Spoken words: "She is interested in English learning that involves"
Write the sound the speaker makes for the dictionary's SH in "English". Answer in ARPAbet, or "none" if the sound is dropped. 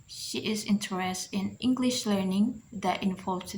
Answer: SH